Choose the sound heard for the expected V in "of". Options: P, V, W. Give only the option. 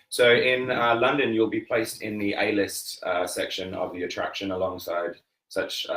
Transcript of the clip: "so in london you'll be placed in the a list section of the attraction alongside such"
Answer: V